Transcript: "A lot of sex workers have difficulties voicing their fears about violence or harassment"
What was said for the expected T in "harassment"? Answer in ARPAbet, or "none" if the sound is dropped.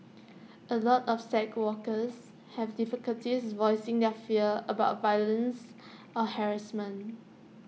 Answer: none